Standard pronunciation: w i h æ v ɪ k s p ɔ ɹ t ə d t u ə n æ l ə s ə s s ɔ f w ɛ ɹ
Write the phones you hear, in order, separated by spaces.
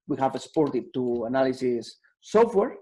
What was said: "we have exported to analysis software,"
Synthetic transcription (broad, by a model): w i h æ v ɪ s p ɔ ɹ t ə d t u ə n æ l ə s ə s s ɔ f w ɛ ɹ